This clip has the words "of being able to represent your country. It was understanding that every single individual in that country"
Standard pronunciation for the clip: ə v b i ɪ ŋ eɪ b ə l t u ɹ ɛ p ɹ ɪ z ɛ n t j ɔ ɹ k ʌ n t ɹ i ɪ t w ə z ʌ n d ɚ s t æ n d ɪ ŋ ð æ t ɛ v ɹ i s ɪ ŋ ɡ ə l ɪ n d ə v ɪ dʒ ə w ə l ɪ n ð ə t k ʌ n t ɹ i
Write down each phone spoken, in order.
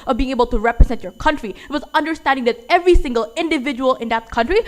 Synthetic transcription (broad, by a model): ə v b i ɪ ŋ eɪ b ə l t u ɹ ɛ p ɹ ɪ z ɛ n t j ɔ ɹ k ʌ n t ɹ i ɪ t w ə z ʌ n d ɚ s t æ n d ɪ ŋ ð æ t ɛ v ɹ i s ɪ ŋ ɡ ə l ɪ n d ə v ɪ dʒ ə w ə l ɪ n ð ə t k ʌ n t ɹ i